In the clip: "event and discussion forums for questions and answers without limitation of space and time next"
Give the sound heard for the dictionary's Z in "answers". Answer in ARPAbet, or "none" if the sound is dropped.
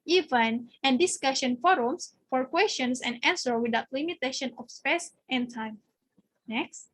none